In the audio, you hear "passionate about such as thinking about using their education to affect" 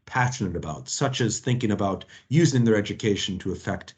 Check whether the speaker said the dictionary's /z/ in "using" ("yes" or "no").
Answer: yes